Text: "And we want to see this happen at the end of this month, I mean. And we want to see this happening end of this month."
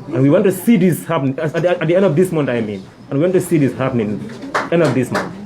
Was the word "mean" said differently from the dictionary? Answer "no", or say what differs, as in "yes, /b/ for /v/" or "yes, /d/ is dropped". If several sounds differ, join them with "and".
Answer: no